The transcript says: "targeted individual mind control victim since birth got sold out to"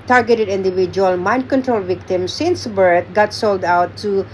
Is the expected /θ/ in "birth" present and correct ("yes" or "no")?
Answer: no